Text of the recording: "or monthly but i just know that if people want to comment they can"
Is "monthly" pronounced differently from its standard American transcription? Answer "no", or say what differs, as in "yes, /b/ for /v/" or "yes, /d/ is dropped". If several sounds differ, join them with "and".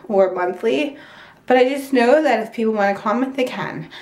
no